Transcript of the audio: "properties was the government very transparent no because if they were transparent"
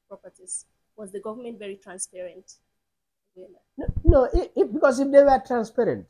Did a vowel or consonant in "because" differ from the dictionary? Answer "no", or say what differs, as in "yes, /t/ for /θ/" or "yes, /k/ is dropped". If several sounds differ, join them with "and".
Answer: yes, /s/ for /z/